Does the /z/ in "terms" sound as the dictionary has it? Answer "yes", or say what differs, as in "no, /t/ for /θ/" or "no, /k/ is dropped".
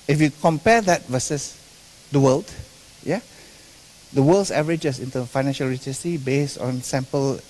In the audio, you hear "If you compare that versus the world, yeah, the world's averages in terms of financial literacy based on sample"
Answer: no, /z/ is dropped